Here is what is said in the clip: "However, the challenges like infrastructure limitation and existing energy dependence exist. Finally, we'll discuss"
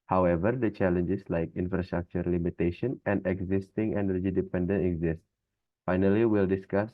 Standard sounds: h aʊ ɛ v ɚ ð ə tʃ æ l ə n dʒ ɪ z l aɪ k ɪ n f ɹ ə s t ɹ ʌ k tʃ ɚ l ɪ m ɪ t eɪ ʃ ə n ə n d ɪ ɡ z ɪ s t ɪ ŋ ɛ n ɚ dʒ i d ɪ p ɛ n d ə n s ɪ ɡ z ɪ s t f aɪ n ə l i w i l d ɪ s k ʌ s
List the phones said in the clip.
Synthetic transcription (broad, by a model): h aʊ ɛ v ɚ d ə tʃ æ l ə n dʒ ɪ s l aɪ k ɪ n f ɹ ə s t ɹ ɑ k tʃ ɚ l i m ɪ t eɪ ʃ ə n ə n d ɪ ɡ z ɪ s t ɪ ŋ ɛ n ɚ dʒ i d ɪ p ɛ n d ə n ɪ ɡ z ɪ s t f aɪ n ə l i w i l d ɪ s k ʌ s